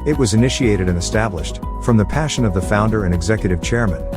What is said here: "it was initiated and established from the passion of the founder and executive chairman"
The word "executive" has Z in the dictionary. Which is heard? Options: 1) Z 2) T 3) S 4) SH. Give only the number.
1